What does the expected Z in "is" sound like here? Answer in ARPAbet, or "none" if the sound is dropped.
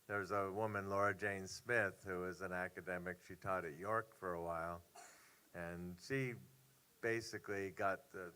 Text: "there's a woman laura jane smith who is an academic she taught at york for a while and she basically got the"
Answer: Z